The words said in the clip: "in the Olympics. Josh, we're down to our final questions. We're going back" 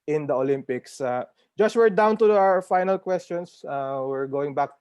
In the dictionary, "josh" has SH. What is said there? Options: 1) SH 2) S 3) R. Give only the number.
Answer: 2